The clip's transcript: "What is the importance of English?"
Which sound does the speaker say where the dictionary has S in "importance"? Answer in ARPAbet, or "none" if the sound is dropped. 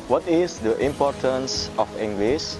S